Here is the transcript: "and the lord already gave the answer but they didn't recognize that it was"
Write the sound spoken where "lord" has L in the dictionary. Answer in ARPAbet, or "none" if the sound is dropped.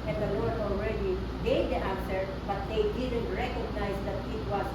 W